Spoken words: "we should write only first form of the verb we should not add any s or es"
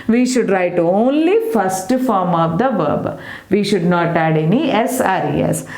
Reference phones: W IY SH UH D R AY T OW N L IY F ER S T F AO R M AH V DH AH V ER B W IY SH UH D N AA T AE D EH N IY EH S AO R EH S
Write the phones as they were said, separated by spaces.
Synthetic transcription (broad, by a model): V IY SH UH D R AY T OW N L IY F ER S T F AO R M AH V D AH V ER B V IY SH UH D N AA T AE D EH N IY EH S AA R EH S